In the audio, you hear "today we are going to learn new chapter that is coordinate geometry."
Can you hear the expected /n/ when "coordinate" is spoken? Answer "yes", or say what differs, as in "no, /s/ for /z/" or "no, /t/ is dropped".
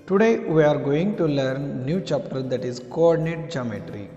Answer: yes